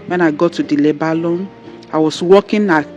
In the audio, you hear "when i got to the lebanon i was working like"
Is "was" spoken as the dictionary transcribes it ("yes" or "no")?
no